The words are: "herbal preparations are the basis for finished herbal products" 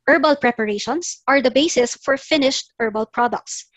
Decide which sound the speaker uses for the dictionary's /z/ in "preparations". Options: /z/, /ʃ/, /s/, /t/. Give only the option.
/s/